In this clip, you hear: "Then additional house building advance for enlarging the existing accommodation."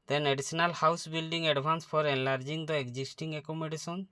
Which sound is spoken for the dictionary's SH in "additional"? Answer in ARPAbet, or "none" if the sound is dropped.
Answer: S